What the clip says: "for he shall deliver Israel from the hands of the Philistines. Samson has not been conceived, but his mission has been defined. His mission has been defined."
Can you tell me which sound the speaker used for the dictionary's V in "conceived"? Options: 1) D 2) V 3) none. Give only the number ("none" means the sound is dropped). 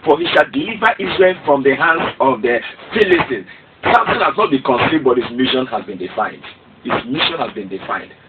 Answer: 3